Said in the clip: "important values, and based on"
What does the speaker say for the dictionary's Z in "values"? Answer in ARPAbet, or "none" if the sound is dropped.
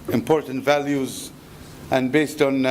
Z